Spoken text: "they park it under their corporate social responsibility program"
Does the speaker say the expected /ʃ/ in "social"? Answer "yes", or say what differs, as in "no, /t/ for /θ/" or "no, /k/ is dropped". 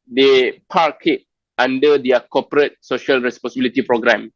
yes